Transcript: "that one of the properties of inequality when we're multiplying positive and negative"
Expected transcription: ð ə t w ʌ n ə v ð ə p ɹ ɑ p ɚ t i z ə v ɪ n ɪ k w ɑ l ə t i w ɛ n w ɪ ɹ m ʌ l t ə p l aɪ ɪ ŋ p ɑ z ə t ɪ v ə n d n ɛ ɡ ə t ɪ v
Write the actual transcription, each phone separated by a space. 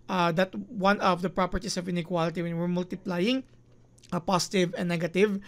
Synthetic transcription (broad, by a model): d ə t w ʌ n ə v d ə p ɹ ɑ p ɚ t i s ə v ɪ n ɪ k w ɑ l ə t i w ɛ n w ɪ ɹ m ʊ l t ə p l aɪ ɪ ŋ p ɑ s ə t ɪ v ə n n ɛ ɡ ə t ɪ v